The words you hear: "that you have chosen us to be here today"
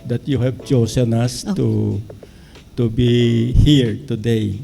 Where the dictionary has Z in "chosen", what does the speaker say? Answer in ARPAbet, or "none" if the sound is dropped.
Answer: S